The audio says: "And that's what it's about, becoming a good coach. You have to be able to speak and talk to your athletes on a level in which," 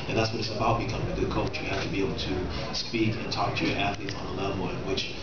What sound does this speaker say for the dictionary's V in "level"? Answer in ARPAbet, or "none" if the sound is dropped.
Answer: W